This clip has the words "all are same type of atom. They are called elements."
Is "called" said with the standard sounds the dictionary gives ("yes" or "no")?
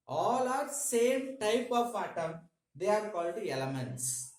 yes